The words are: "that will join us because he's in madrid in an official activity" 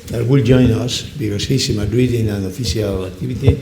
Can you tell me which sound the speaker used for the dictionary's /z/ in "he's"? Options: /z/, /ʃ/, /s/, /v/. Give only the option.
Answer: /s/